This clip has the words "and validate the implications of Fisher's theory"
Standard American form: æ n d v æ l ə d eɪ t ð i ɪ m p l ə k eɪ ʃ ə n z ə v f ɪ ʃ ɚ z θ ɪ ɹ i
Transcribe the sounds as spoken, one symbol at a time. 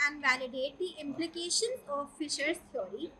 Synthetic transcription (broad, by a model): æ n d v æ l ə d eɪ t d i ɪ m p l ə k eɪ ʃ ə n ə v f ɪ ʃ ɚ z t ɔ ɹ i